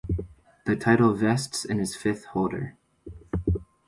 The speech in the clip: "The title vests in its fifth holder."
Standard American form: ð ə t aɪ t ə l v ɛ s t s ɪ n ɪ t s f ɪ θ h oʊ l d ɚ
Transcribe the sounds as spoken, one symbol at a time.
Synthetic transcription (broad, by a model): ð ə t aɪ t l v ɛ s t s ɪ n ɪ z f ɪ θ h oʊ l d ɚ